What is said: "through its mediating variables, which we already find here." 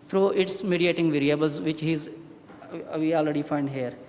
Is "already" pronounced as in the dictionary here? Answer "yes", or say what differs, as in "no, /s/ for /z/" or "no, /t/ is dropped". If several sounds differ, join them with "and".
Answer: yes